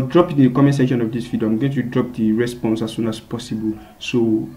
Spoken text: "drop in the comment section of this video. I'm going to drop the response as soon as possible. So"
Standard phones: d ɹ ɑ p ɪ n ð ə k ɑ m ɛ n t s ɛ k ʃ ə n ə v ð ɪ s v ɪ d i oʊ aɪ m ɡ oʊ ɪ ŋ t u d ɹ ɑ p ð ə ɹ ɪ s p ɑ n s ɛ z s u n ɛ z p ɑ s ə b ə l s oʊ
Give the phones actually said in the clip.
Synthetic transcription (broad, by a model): d ɹ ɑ p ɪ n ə k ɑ m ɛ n s ɛ k ʃ ə n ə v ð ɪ s f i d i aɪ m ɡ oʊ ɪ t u d ɹ ɑ p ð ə ɹ ɪ s p ɑ n s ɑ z s u n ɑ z p ɑ s ə b ə l s oʊ